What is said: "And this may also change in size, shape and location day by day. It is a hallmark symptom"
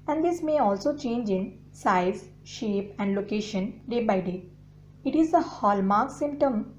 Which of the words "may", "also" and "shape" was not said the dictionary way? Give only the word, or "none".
none